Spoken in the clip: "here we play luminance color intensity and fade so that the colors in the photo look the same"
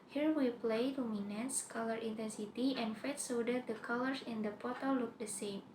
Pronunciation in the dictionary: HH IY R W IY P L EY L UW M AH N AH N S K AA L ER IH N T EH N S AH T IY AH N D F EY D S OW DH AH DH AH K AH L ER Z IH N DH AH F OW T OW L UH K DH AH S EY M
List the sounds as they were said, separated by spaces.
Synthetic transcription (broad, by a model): HH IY R W IY P L EY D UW M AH N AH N S K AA L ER IH N T EH N S AH T IY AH N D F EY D S OW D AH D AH K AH L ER S IH N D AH P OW T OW L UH K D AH S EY M